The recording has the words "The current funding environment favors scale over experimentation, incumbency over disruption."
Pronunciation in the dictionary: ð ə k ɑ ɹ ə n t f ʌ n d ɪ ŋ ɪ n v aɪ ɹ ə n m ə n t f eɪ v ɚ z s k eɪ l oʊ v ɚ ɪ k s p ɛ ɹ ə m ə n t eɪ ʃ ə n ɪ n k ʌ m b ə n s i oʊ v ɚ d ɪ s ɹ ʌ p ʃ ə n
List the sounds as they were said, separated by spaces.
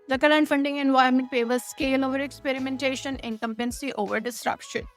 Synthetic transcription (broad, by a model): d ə k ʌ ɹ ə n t f ʌ n d ɪ ŋ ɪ n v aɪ ɹ m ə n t p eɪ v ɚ s k eɪ l oʊ v ɚ ɪ k s p ɛ ɹ ə m ə n t eɪ ʃ ə n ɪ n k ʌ m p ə n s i oʊ v ɚ d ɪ s ɹ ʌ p ʃ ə n